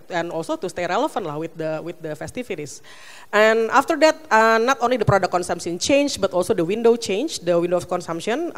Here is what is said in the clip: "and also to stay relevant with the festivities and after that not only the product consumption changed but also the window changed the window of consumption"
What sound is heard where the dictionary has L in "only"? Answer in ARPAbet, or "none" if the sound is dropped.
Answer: L